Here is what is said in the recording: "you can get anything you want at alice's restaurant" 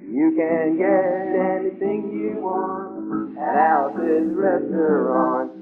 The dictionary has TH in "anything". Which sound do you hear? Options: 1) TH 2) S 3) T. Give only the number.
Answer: 1